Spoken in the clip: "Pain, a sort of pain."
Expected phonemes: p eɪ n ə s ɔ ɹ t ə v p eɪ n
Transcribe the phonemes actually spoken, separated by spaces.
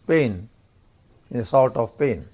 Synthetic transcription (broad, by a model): p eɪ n ə s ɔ l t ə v p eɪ n